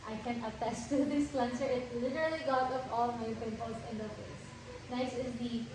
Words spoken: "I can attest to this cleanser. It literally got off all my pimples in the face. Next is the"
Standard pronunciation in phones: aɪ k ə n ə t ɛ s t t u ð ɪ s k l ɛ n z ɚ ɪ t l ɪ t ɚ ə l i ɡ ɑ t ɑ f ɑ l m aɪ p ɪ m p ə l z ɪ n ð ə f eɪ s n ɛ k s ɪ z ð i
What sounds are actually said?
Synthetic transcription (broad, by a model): aɪ k ə n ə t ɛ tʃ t t u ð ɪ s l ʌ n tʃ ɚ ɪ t l ɪ t ɚ ə l i ɡ ɑ t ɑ p ɑ l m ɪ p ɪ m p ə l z ɪ n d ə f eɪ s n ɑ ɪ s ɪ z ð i